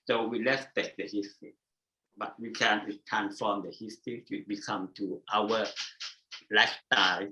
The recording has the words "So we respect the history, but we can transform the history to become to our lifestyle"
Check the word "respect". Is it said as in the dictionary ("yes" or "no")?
no